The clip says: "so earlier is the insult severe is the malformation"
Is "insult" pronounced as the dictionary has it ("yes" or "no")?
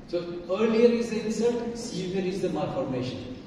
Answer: no